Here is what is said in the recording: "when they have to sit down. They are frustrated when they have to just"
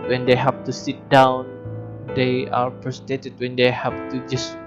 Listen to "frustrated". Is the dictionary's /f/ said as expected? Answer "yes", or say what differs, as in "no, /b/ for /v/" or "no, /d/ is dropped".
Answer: no, /p/ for /f/